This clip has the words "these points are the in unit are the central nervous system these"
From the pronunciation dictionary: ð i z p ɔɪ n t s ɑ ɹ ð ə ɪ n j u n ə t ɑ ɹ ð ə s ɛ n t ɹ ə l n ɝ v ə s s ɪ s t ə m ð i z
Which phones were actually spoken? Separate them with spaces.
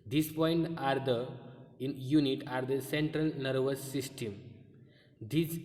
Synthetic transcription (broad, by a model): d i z p ɔɪ n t ɑ ɹ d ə ɪ n j u n ə t ɑ ɹ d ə s ɛ n t ɹ ə l n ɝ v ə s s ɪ s t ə m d i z